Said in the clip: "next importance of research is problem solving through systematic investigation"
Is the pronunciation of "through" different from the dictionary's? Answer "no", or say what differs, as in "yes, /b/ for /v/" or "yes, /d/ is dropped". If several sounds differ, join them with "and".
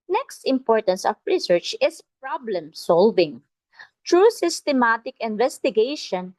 yes, /t/ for /θ/